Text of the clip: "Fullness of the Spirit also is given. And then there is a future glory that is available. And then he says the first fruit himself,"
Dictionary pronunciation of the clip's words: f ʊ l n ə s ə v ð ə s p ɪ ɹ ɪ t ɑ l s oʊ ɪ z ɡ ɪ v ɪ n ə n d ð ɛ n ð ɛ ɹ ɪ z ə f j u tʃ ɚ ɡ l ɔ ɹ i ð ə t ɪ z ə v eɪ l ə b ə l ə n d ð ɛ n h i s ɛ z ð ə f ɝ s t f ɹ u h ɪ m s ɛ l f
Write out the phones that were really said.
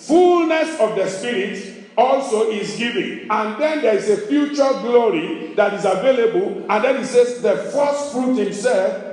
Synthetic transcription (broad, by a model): f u l n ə s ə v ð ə s p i ɹ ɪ t ɑ l s oʊ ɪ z ɡ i v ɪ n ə n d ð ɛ n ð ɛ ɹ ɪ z ə f j u tʃ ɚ ɡ l ɔ ɹ i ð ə t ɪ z ə v eɪ l ə b ə l ə n d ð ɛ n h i s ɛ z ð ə f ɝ s t f ɹ u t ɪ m s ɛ l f